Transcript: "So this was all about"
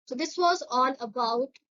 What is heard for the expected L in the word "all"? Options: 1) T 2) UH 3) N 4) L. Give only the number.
3